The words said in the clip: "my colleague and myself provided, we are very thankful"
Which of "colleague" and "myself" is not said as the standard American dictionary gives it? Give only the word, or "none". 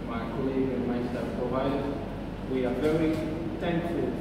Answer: myself